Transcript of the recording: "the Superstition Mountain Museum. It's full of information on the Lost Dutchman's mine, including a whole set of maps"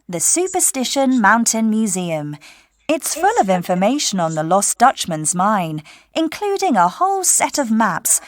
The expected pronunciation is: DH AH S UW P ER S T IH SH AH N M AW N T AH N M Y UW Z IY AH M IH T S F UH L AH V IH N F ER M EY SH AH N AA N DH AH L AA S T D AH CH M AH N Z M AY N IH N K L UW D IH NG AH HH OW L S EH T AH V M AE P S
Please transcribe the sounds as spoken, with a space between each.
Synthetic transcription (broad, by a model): DH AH S UW P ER S T IH SH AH N M AW N T AH N M Y UW Z IY AH M IH T S F UH L AH V IH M F ER M EY SH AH N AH N DH AH L AA S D AH CH M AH N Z M AY N IH N K L UW D IH NG AH HH OW L S EH T AH V M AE P S